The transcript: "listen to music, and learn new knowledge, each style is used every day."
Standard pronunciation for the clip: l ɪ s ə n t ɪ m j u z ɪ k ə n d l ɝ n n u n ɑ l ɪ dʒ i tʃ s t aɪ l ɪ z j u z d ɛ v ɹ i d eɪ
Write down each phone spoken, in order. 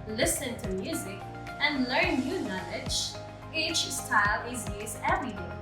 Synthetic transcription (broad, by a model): l ɪ s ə n t ɪ m j u z ɪ k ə n l ɝ n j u n ɑ l ɪ dʒ i tʃ s t aɪ l ɪ z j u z ɛ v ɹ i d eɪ